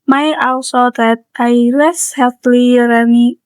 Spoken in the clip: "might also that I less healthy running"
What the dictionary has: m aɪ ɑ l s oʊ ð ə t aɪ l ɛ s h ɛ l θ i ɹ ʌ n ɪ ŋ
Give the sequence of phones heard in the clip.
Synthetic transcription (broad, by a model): m aɪ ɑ w s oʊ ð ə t aɪ l ɛ s h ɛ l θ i ɹ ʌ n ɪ